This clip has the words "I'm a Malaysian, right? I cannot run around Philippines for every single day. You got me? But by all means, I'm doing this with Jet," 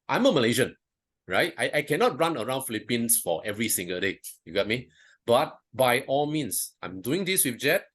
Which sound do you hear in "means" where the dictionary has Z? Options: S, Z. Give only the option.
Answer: S